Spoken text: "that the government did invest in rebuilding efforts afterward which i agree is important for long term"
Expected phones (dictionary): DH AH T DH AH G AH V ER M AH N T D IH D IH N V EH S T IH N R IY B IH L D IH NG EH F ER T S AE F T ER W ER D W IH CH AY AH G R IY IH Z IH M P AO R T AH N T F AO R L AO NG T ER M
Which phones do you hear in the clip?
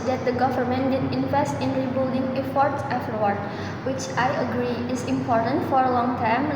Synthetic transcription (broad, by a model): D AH T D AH G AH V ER M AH N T D IH D IH N V EH S T IH N R IY B IH L D IH NG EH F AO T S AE F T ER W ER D W IH CH AY AH G R IY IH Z IH M P AO R T AH N T F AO R L AO NG T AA M